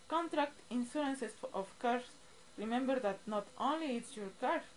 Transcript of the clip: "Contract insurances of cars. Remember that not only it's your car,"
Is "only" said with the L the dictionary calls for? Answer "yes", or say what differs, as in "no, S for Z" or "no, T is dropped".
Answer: yes